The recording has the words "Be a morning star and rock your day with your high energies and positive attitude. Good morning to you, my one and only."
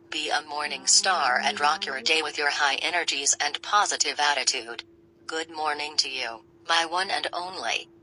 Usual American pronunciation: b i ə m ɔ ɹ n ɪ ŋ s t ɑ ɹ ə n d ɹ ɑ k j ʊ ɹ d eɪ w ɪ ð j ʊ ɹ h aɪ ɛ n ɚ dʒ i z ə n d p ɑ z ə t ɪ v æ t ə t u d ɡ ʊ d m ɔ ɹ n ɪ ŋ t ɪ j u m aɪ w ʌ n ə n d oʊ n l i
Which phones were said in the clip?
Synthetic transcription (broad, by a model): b i ə m ɔ ɹ n ɪ ŋ s t ɑ ɹ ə n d ɹ ɑ k j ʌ ɹ d eɪ w ɪ ð j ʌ ɹ h aɪ ɛ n ɚ dʒ i z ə n p ɑ z ə t ɪ v æ t ə t u d ɡ ʊ d m ɔ ɹ n ɪ ŋ t ɪ j u m aɪ w ʌ n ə n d oʊ n l i